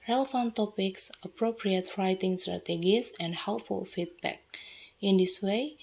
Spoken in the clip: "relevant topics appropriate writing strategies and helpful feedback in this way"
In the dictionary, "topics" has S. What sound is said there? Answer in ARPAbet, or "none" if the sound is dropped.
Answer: S